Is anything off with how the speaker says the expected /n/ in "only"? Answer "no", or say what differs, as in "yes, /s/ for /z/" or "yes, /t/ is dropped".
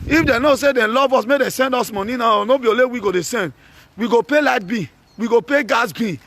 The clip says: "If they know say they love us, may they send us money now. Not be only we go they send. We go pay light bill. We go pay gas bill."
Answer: yes, /n/ is dropped